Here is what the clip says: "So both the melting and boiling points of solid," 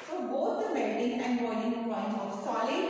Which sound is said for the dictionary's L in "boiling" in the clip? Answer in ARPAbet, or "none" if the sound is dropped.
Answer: N